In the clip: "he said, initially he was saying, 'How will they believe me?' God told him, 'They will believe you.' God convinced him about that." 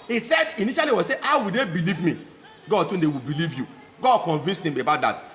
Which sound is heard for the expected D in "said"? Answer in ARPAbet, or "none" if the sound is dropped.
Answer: D